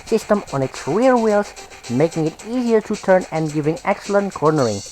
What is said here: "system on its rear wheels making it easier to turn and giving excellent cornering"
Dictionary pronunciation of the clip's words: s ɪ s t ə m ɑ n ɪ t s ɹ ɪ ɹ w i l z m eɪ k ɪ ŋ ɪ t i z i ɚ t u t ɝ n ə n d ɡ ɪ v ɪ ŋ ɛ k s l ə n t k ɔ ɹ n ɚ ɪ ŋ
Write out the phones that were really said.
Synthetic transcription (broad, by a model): s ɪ s t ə m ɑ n ɪ t s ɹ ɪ ɹ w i l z m eɪ k ɪ ŋ ɪ t i z i ɚ t u t ɝ n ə n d ɡ ɪ v ɪ ŋ ɛ k s l ə n t k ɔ ɹ n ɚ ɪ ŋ